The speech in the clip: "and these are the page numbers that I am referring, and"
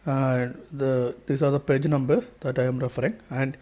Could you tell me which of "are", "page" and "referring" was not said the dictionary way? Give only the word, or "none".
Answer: none